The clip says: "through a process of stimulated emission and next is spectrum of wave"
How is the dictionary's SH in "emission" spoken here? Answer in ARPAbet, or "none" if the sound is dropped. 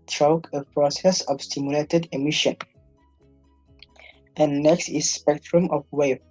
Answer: SH